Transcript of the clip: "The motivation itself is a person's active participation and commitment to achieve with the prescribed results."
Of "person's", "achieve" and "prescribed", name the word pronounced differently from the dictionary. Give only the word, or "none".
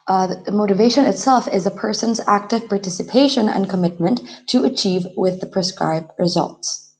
none